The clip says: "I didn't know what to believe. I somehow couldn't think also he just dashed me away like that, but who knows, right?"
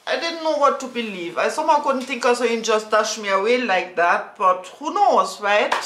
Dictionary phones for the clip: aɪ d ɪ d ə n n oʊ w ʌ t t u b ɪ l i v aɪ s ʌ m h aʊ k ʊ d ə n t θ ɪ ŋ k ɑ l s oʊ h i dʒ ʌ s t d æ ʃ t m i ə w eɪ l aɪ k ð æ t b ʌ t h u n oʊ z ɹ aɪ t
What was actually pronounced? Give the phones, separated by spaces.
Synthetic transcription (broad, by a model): aɪ d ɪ d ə n n oʊ w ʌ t t u b ɪ l i v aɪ s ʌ m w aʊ k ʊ d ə n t θ ɪ ŋ k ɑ s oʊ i dʒ ʌ s t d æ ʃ m i ə w eɪ l aɪ k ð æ t b ʌ t h u n oʊ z ɹ aɪ t